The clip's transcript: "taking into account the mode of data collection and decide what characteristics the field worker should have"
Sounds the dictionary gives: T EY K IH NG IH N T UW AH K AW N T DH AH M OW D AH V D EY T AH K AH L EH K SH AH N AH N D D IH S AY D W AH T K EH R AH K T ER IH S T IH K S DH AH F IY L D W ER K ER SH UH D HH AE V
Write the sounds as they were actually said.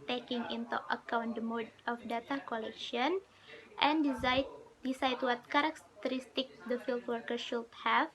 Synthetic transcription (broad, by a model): T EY K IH NG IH N T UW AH K AW N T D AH M OW D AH F D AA T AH K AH L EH K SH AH N AH N D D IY S AY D W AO T K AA R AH K T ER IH S T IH K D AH F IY L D W ER K ER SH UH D HH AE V